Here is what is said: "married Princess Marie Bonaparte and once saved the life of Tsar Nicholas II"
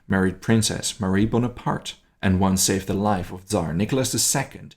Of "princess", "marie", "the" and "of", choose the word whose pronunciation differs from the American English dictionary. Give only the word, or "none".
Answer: none